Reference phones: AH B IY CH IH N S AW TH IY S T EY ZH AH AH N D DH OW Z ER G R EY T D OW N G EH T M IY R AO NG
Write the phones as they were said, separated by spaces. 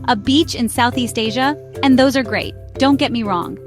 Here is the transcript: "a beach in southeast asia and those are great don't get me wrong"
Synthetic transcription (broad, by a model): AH B IY CH IH N S AW TH IY S T EY ZH AH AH N DH OW Z ER G R EY T D OW N G EH T M IY R AO NG